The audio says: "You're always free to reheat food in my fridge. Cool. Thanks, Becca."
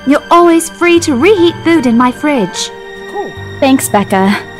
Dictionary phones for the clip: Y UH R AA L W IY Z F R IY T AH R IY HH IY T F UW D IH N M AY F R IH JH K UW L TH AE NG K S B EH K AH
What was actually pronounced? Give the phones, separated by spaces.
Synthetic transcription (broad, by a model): Y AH R AA L W IY Z F R IY T AH R IY HH IY T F UW D IH N M AY F R IH JH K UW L TH AE NG K S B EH K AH